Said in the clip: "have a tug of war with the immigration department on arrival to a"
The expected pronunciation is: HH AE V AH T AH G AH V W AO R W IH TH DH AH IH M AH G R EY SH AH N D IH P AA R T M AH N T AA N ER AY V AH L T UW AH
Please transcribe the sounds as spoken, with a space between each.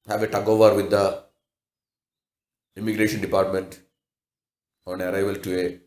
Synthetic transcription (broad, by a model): HH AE V AH T AH G AH V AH R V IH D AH IH M AH G R EY SH AH N D IH P AA R T M AH N T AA N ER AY V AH L T UW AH